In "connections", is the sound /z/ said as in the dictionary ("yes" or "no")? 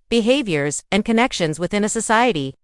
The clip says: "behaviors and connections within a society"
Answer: yes